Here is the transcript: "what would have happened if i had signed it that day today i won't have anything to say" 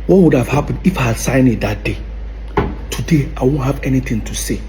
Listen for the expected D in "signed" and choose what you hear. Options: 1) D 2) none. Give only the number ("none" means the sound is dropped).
2